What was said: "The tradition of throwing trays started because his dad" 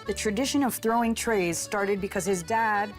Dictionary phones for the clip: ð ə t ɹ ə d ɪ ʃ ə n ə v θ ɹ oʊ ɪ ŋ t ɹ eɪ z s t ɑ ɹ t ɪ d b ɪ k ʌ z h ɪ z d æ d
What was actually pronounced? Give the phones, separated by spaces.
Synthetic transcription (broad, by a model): ð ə t ɹ ə d ɪ ʃ ə n ə v θ ɹ oʊ ɪ ŋ t ɹ eɪ z s t ɑ ɹ t ɪ d b ɪ k ʌ z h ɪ z d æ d